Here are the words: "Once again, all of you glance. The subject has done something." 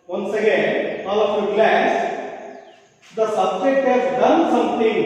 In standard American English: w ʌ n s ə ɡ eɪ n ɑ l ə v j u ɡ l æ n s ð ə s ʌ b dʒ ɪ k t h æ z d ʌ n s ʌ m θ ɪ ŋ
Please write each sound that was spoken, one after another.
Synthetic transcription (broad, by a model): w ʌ n s ə ɡ eɪ n ɑ l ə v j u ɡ l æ s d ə s ʌ b dʒ ɪ k t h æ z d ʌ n s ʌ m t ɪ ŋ